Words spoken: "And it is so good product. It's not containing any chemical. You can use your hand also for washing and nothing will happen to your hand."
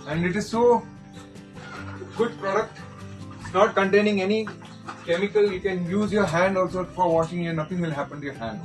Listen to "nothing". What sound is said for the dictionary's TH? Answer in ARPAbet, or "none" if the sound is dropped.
T